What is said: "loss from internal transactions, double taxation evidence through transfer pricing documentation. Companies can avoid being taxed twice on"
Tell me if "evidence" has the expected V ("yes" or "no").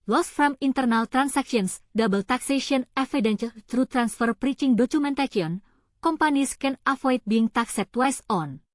no